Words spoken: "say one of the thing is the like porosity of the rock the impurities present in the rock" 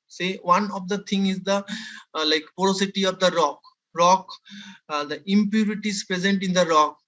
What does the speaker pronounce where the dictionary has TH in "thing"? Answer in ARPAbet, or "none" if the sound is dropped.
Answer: T